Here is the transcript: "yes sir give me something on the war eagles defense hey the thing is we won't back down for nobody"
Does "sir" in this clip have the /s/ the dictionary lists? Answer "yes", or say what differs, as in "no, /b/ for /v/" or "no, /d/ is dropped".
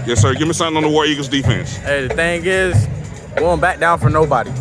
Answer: yes